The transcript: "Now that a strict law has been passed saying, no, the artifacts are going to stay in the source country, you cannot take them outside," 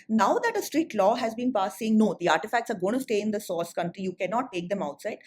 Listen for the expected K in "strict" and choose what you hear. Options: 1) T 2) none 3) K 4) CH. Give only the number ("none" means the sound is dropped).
2